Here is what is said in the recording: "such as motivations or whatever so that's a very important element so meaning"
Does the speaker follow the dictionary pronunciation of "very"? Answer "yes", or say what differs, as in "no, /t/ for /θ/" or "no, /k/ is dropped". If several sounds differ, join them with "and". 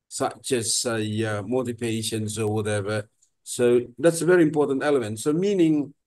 yes